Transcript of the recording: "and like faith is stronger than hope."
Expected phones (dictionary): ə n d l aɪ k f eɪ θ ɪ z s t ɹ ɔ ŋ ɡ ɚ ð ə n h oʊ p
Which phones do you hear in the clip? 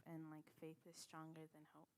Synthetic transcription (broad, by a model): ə n l aɪ k f eɪ θ ɪ z s t ɹ ɔ ŋ ɡ ɚ ð ə n h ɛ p